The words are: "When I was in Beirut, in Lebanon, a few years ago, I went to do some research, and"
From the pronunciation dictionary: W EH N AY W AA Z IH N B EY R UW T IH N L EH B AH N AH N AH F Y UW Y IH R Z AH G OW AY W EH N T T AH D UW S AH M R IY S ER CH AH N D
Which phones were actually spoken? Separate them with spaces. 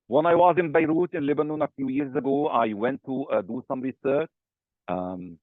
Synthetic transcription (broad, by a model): W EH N AY W AA Z IH N B EY R UW T IH N L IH B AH N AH N AH F Y UW Y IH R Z AH G OW AY W EH N T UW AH D UW S AH M R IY S ER CH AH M